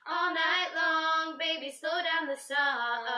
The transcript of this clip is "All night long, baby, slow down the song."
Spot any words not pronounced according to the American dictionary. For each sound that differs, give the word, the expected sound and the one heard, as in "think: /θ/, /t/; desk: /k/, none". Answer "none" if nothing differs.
slow: /l/, none